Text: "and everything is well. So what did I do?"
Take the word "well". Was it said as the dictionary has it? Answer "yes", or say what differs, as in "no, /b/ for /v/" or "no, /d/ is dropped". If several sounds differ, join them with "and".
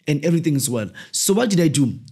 yes